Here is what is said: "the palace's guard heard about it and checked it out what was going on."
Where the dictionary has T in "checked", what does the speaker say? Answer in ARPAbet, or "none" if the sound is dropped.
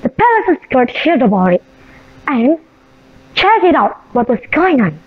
none